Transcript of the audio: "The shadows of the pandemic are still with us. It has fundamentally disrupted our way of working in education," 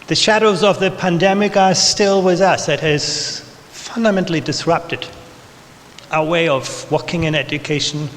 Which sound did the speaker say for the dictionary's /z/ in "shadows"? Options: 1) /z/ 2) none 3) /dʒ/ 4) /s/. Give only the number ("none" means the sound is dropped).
1